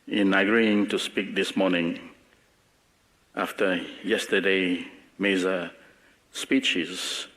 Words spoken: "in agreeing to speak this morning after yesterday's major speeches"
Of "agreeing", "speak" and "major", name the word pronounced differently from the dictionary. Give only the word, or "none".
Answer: major